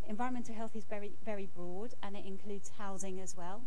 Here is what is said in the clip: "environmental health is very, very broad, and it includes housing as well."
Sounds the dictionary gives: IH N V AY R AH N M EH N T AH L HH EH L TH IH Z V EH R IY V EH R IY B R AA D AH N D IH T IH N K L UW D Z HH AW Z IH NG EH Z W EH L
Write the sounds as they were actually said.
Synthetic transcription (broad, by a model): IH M V AY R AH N M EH N T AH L HH EH L TH IH Z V EH R IY V EH R IY B R AA D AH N IH T IH N K L UW D Z HH AW Z IH NG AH Z W EH L